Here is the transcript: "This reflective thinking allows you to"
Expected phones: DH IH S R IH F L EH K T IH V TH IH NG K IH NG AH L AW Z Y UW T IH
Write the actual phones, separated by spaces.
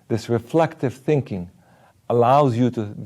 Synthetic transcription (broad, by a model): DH IH S R IH F L EH K T IH V TH IH NG K IH NG AH L AW Z Y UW T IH